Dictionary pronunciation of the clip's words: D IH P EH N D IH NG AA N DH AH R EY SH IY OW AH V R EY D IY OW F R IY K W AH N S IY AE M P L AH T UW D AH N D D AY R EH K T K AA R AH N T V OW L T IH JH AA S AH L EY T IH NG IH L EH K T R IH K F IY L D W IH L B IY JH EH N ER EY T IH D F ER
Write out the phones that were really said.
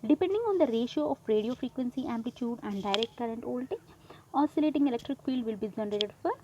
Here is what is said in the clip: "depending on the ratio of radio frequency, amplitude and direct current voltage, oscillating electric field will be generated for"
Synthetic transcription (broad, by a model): D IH P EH N D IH NG AA N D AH R EY SH IY OW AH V R EY D IY OW F R IY K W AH N S IY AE M P L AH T UW D AH N D D AY R EH K T K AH R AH N T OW L T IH AA S AH L EY T IH NG IH L EH K T R IH K F IY L D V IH L B IY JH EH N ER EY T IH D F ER